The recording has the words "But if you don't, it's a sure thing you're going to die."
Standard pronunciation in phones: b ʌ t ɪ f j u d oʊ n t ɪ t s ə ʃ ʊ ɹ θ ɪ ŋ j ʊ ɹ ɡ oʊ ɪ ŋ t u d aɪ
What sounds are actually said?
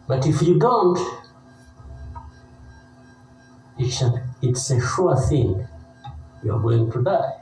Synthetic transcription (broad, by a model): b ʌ t ɪ f j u d oʊ n t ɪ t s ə s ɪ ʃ θ ɪ ŋ j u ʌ ɡ oʊ ɪ ŋ t u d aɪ